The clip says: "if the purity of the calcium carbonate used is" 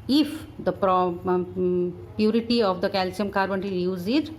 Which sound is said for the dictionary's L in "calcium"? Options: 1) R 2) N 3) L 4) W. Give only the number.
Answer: 3